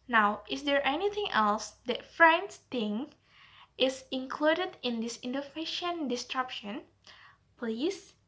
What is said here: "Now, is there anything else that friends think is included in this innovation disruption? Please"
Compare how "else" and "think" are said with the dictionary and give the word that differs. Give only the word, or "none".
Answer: think